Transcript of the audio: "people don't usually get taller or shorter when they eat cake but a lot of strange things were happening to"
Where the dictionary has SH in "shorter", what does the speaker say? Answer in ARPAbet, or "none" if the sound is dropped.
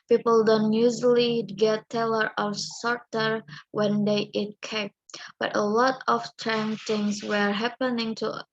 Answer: S